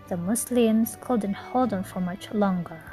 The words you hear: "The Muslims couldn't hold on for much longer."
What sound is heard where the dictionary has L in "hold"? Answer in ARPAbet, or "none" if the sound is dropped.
L